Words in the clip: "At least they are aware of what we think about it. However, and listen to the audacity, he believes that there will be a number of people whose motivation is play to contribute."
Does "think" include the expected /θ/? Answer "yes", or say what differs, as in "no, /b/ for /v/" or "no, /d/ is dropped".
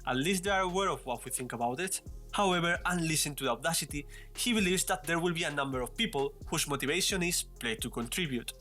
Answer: yes